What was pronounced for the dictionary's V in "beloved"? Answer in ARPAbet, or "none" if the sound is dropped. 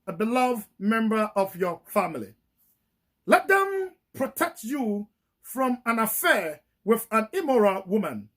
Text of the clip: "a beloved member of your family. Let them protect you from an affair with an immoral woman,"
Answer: V